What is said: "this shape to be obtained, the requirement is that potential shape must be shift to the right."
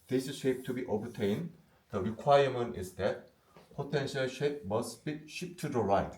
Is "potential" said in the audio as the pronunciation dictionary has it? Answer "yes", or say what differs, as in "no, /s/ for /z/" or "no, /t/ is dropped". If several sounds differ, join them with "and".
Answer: yes